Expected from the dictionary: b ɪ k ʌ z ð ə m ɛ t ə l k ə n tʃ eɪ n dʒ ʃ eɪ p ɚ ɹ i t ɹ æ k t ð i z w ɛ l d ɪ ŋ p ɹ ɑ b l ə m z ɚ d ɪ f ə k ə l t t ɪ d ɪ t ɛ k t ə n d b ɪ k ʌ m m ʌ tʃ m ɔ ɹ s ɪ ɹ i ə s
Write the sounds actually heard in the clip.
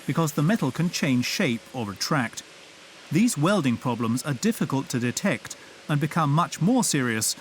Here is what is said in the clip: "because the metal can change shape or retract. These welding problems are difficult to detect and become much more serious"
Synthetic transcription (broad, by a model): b ɪ k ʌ z ð ə m ɛ t l k ə n tʃ eɪ n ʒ ʃ eɪ p ɚ ɹ i t ɹ æ k t ð i z w ɛ l d ɪ ŋ p ɹ ɑ b l ə m z ɚ d ɪ f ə k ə l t t ɪ d ɪ t ɛ k t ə n b ɪ k ʌ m m ʌ tʃ m ɔ ɹ s ɪ ɹ i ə s